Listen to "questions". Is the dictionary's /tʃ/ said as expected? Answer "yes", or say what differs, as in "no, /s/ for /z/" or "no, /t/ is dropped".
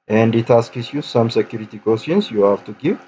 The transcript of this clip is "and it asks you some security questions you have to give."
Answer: no, /tʃ/ is dropped